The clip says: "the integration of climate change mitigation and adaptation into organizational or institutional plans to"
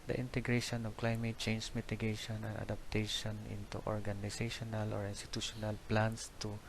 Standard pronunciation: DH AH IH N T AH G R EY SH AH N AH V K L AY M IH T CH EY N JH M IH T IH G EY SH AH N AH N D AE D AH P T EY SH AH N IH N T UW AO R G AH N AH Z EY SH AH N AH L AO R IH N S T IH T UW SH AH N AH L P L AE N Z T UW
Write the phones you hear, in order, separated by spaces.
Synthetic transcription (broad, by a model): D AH IH N T AH G R EY SH AH N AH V K L AY M IH T CH EY N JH M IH T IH G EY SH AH N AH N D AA D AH P T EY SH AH N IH N T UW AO R G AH N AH S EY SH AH N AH L AO R IH N S T IH T UW SH AH N AH L P L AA N S T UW